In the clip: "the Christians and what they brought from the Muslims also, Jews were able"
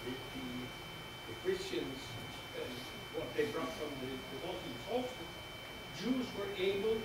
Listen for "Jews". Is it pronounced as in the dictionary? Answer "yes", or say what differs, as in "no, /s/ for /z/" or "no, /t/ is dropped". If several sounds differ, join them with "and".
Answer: yes